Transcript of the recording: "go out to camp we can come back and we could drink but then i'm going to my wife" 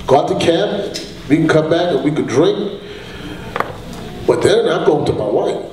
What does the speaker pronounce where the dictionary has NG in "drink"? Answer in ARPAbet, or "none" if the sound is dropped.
NG